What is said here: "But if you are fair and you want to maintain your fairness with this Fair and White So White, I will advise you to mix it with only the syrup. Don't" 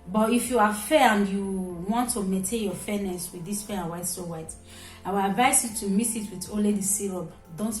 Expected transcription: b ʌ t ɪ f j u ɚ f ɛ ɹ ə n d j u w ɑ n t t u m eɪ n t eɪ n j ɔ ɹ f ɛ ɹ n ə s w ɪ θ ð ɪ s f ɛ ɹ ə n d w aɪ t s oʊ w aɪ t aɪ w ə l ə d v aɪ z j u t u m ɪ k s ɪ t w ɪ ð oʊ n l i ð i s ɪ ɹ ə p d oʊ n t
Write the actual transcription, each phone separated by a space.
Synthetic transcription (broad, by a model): b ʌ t ɪ f j u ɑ f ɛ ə n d j u w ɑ n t t u m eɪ n t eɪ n j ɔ f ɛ n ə s w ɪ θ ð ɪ s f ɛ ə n w aɪ t s oʊ w aɪ t aɪ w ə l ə d v aɪ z j u t u m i s ɪ t w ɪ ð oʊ l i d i s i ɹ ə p d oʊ n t